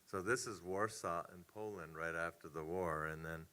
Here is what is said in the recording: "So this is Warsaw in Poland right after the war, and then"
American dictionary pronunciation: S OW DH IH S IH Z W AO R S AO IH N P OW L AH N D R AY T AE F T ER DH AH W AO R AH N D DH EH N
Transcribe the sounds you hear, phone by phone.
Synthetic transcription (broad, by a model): S OW DH IH S IH Z W AO R S AO IH N P OW L AH N D R AY T AE F T ER DH AH W AO R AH N DH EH N